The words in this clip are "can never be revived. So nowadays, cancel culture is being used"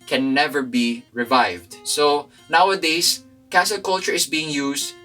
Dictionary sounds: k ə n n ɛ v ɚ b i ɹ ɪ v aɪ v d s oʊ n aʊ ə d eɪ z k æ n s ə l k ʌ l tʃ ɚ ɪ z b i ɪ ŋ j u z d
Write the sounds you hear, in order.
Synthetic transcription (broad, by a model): k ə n n ɛ v ɚ b i ɹ ɪ v aɪ v d s oʊ n aʊ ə d eɪ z k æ s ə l k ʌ l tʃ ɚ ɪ s b i ɪ ŋ j u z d